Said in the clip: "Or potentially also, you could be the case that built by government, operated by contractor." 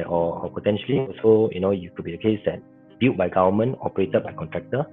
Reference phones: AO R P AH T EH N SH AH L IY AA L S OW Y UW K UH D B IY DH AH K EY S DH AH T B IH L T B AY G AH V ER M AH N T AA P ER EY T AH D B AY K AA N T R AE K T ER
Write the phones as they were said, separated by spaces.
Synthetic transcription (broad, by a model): AO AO P AH T EH N SH AH L IY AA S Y OW Y UW K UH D B IY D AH K EY S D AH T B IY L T B AY G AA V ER M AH N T AA P ER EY T AH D B AY K AA N T R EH K T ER